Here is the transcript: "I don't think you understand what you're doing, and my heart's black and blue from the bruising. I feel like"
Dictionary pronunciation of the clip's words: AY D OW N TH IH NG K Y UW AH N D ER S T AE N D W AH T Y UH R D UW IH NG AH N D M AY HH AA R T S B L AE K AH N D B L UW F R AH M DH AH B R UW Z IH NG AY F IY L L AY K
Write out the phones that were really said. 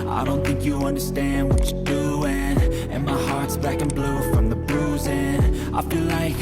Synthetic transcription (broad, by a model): AY D OW N TH IH NG K Y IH AH N D ER S T AE N D W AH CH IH D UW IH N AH N M AY HH AA R T S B AE K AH N B L UW F R AH M DH AH B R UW Z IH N AY F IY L L AY K